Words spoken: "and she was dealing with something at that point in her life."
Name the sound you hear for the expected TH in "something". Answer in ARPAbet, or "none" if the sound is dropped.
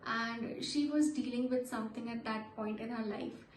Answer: T